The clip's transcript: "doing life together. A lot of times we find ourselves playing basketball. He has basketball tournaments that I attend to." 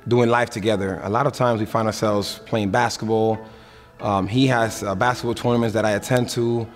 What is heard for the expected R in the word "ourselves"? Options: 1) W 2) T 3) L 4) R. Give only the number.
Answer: 4